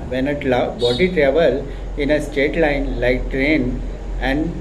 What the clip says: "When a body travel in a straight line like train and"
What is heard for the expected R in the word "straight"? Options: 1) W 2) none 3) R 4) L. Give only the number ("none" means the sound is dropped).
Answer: 2